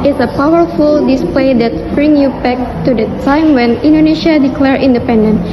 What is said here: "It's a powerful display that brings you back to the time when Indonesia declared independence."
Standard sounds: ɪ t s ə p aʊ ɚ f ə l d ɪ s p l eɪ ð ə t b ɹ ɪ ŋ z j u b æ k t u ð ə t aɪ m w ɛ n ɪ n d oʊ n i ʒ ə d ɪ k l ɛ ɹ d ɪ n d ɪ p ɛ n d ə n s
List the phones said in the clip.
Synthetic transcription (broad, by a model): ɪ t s ə p aʊ ɚ f ə l d ɪ s p l eɪ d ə t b ɹ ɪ ŋ j u b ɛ k t u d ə t aɪ m w ɛ n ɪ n d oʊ n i ʃ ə d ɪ k l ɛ ɹ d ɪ n d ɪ p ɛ n d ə n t